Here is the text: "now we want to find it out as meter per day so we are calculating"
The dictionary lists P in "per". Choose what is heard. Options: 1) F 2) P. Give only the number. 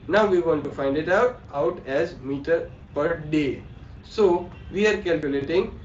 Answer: 2